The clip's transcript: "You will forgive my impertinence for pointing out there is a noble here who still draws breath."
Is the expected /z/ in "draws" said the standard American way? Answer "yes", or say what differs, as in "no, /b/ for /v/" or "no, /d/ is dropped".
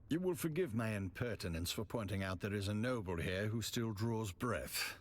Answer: yes